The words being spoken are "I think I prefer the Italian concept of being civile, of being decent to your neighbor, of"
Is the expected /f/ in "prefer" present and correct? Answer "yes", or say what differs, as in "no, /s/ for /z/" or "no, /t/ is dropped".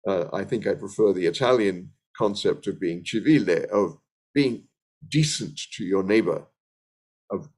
yes